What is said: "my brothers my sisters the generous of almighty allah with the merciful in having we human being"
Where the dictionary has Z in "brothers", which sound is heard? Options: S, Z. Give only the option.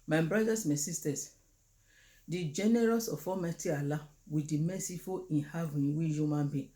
S